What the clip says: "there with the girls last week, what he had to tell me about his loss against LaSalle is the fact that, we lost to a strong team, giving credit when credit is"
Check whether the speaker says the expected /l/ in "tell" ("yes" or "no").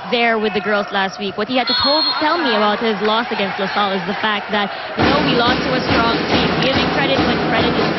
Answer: yes